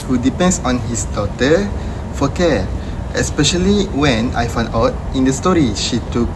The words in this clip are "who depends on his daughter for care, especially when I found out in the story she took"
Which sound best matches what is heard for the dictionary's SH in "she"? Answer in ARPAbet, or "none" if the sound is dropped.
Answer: SH